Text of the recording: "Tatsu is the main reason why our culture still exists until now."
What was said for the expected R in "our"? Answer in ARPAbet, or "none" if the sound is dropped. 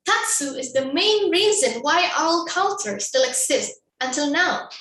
L